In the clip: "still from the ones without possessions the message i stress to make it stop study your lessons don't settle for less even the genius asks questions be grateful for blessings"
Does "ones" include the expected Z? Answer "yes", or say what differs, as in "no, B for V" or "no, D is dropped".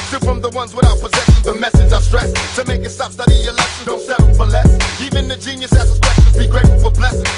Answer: yes